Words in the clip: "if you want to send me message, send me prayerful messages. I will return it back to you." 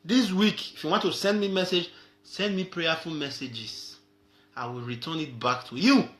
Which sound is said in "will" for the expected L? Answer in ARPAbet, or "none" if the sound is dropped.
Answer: L